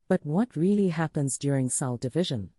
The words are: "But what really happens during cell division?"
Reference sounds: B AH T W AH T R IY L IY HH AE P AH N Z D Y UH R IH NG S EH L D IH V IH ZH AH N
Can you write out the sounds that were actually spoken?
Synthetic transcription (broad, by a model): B AH T W AH T R IY L IY HH AE P AH N Z D Y UH R IH NG S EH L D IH V IH ZH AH N